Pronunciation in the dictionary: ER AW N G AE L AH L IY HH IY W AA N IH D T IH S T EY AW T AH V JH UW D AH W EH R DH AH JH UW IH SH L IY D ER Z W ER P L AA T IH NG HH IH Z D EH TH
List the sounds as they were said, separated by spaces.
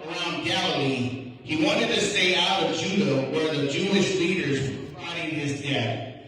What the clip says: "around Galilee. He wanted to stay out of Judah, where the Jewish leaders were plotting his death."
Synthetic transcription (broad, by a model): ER AW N G AE L AH L IY HH IY W AA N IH D T IH S T EY AW T AH V JH UW D AH W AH R DH AH JH UW IH SH L IY D ER Z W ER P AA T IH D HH IH Z D EH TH